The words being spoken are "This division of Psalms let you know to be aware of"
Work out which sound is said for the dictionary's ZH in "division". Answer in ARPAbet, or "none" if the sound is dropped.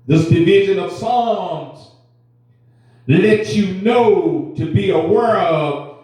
ZH